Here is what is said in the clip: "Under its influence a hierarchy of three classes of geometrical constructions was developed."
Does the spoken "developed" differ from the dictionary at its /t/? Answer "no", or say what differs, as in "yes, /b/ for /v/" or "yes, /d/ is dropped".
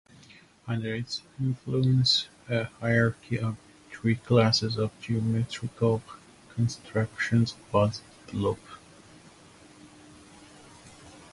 yes, /t/ is dropped